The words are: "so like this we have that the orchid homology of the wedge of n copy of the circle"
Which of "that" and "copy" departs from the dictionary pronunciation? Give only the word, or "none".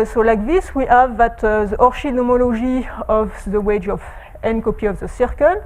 none